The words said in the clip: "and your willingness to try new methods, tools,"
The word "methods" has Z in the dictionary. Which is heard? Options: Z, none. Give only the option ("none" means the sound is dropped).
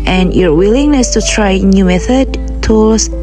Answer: none